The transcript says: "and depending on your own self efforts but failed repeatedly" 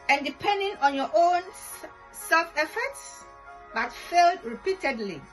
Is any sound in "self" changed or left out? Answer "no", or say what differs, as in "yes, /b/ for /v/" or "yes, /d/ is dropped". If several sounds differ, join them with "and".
no